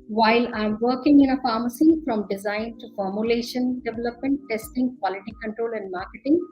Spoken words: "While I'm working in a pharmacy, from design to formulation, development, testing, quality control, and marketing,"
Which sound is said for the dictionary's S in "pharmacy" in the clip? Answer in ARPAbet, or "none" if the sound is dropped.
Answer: S